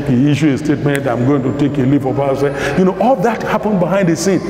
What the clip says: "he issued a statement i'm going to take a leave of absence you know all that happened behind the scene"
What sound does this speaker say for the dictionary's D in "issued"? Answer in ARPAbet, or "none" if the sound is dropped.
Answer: none